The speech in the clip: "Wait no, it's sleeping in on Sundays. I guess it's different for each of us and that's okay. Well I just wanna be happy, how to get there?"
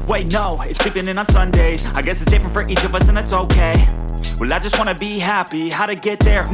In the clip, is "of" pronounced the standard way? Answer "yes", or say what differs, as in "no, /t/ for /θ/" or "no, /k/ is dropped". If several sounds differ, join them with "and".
yes